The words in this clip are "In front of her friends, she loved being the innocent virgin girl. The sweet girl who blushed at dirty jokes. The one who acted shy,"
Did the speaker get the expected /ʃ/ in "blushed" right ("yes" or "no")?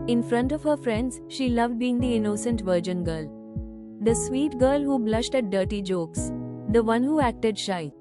yes